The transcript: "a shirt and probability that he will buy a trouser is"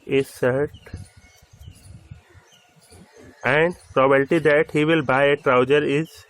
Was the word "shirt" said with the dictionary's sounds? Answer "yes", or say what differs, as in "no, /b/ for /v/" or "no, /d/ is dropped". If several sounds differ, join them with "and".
no, /s/ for /ʃ/